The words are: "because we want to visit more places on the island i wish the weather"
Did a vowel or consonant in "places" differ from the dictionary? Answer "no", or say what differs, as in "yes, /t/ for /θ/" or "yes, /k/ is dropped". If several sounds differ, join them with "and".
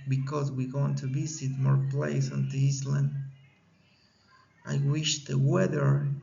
yes, /s/ is dropped and /s/ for /z/